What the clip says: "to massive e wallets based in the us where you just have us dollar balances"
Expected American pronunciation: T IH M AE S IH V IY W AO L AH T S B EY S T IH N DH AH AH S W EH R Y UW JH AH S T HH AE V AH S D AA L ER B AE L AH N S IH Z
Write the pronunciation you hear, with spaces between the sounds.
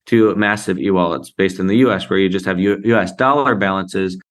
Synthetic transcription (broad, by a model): T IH M AE S IH V IY W AO L AH T S B EY S T N DH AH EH S W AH R Y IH JH AH S T HH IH V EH S D AA L ER B AE L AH N S IH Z